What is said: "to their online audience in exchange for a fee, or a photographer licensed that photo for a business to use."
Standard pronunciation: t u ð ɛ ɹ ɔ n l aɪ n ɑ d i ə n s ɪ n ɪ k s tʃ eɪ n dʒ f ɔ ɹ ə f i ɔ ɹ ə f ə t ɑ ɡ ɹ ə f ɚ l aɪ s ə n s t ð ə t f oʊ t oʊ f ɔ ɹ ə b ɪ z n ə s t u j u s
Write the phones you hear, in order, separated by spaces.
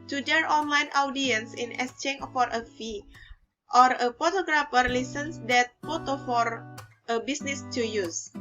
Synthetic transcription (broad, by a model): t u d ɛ ɹ ɔ n l aɪ n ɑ d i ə n s ɪ n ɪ s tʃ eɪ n f ɔ ɹ ə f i ɔ ɹ ə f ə t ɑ ɡ ɹ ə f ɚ l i s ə n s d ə t f oʊ t oʊ f ɔ ɹ ə b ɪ s n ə s t u j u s